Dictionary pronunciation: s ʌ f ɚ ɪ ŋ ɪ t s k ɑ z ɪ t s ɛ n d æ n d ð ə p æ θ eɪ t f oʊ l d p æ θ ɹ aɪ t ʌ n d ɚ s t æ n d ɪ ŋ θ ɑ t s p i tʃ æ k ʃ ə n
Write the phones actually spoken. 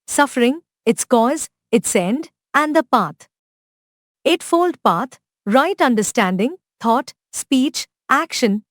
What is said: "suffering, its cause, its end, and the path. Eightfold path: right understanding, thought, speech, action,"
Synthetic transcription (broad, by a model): s ʌ f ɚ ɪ ŋ ɪ t s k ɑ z ɪ t s ɛ n d æ n d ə p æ t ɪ t f oʊ l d p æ t ɹ aɪ t ʌ n d ɚ s t æ n d ɪ ŋ t ɑ t s p i tʃ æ k ʃ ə n